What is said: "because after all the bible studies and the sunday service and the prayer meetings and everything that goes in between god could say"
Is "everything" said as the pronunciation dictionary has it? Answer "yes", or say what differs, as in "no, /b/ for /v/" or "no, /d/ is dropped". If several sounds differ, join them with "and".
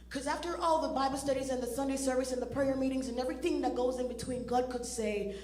yes